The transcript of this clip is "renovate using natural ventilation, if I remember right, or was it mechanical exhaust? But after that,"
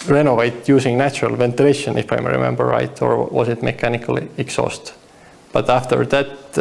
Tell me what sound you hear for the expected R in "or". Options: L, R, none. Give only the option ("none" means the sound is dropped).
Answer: R